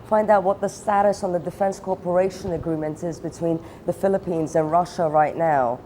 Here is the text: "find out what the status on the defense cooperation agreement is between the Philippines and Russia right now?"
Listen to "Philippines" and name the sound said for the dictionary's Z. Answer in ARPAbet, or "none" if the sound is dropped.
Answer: Z